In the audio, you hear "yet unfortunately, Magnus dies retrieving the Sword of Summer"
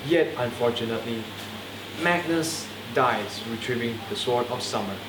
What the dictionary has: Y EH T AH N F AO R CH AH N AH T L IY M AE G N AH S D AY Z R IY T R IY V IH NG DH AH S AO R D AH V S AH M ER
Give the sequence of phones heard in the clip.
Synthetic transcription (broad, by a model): Y EH T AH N F AO CH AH N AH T L IY M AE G N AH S D AY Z R IY T R IY V IH NG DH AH S AO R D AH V S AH M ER